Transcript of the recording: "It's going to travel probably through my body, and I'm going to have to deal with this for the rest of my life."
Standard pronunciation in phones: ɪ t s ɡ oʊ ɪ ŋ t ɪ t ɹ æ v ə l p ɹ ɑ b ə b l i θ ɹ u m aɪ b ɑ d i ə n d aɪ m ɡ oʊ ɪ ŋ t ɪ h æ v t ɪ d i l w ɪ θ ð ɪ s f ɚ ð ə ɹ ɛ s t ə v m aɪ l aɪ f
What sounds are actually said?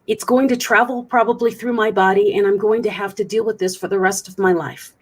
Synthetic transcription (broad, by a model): ɪ t s ɡ oʊ ɪ ŋ t ɪ t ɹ æ v l p ɹ ɑ b ə b l i θ ɹ u m aɪ b ɑ d i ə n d aɪ m ɡ oʊ ɪ ŋ t ɪ h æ f t ɪ d i l w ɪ ð ɪ s f ɚ ð ə ɹ ɛ s t ə v m aɪ l aɪ f